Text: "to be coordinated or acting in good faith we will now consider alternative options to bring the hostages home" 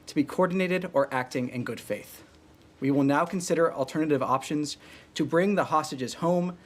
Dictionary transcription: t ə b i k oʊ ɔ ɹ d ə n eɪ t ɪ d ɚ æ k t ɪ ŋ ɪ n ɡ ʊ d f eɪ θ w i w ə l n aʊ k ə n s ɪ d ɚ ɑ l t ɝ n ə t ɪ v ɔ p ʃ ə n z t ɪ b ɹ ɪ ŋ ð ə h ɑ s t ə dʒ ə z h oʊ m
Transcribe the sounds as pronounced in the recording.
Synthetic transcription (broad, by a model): t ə b i k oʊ ɔ ɹ d n eɪ t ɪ d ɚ æ k t ɪ ŋ ɪ n ɡ ʊ d f eɪ θ w i w ə l n aʊ k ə n s ɪ d ɚ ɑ l t ɝ n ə t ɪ v ɔ p ʃ ə n z t ɪ b ɹ ɪ ŋ ð ə h ɑ s t ə dʒ ə z h oʊ m